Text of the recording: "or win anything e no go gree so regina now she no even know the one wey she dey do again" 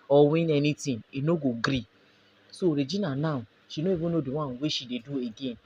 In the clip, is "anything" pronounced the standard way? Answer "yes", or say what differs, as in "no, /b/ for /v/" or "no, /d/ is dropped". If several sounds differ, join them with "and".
no, /t/ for /θ/